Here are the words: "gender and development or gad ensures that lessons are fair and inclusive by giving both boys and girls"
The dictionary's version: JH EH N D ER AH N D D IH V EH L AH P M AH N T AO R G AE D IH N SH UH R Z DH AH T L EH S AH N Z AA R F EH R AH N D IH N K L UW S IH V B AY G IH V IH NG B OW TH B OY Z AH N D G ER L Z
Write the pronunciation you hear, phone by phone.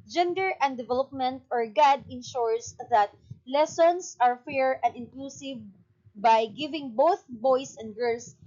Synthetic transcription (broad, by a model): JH EH N D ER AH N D D IH V EH L AH P M AH N T AO R G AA D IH N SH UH R S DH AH T L EH S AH N S AA R F EH R AH N D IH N K L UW S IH V B AY G IH V IH NG B OW TH B OY S AH N D G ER L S